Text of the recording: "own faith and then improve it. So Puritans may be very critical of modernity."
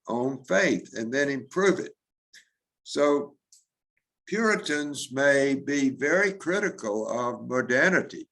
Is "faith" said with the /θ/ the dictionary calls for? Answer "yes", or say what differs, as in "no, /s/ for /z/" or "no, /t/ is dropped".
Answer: yes